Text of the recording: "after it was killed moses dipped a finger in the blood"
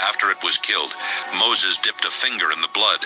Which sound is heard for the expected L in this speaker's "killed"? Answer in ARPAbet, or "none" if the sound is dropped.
L